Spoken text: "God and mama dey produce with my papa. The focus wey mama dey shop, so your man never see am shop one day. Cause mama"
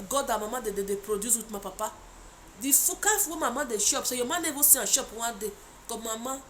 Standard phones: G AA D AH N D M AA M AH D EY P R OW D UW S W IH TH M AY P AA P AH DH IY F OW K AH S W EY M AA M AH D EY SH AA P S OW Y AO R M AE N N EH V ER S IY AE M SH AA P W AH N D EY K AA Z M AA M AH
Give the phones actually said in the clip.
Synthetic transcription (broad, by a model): G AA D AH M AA M AA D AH D EY P R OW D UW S W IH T M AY P AA P AH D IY F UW K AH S W EY M AA M AH D EY SH AA P S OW Y AO M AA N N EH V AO S IY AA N SH AA P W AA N D EY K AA M AA M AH